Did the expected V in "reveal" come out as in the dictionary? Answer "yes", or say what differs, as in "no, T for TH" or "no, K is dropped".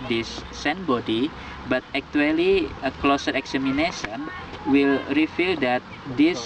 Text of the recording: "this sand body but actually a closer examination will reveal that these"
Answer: no, F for V